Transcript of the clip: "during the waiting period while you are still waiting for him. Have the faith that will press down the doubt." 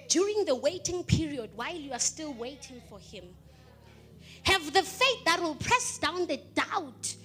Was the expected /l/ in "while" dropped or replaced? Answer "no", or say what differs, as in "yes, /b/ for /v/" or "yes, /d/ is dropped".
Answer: no